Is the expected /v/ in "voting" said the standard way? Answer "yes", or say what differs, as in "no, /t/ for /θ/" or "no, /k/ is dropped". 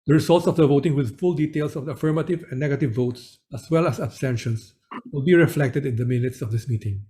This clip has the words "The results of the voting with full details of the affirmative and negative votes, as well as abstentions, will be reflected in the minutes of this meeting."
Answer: yes